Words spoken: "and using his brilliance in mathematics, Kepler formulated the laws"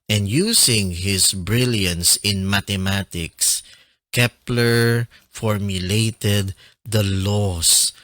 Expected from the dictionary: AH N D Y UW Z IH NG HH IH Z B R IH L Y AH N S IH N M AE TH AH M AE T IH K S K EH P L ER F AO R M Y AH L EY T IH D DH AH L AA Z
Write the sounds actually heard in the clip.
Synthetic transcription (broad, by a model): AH N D Y UW S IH NG HH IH S B R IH L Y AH N S IH N M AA T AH M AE T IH K S K EH P L ER F AO R M Y AH L EY T IH D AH L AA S